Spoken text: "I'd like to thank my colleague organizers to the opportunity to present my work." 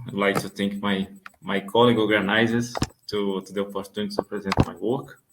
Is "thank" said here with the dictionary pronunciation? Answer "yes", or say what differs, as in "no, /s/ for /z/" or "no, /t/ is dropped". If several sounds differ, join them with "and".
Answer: no, /t/ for /θ/